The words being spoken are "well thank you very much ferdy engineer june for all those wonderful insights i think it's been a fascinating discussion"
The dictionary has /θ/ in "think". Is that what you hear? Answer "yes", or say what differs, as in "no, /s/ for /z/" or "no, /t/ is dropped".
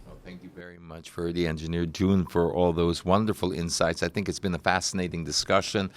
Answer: yes